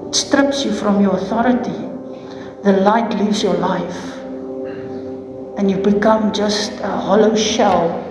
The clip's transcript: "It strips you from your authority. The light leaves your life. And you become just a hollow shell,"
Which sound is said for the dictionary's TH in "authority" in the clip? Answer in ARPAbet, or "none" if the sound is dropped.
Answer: TH